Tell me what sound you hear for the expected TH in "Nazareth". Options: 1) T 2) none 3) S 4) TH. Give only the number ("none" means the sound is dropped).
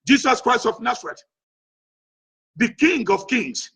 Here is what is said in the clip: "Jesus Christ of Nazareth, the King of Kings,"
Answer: 1